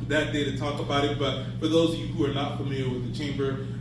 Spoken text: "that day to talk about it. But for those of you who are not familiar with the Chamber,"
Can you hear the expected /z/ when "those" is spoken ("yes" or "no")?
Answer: yes